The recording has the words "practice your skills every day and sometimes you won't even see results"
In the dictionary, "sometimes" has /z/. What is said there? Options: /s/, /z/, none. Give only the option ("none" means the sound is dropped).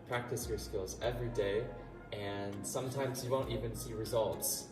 /z/